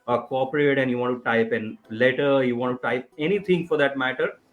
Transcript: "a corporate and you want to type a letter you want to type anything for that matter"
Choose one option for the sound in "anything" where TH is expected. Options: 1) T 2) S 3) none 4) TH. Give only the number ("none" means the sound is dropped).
1